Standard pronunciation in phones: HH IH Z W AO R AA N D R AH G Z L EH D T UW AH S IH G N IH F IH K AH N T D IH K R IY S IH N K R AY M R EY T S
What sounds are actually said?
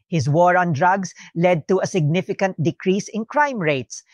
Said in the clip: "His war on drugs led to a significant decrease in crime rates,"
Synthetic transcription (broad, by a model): HH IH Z W AO R AA N D R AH G S L EH D T UW AH S IH G N IH F IH K AH N T D IH K R IY S IH N K R AY M R EY T S